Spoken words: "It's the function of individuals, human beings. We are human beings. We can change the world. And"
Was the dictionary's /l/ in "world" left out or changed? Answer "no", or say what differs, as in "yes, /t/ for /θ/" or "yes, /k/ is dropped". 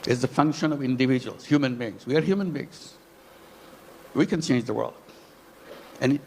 no